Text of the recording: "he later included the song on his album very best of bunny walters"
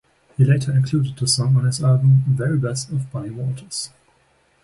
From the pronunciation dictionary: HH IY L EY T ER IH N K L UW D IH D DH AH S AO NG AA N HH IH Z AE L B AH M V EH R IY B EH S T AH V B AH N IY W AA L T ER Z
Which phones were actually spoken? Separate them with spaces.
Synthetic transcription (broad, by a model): HH IY L EY T ER IH N K L UW D IH D DH AH S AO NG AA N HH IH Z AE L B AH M V EH R IY B EH S T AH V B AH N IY W AA T ER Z